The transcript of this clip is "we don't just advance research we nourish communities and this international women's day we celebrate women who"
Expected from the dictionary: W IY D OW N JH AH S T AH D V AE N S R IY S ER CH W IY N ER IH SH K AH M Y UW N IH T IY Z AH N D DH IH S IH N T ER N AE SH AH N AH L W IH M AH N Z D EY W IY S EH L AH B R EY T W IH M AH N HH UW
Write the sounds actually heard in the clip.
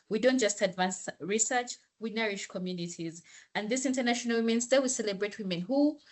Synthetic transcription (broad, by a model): W IY D OW N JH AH S T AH D V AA N S R IY S ER CH W IY N ER IH SH K AH M Y UW N IH T IY Z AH N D DH IH S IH N T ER N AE SH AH N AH L W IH M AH N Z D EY W IY S EH L AH B R EY T W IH M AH N HH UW